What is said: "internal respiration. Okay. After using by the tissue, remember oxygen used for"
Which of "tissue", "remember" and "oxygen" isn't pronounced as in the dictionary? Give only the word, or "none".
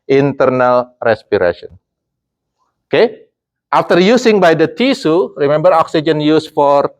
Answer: tissue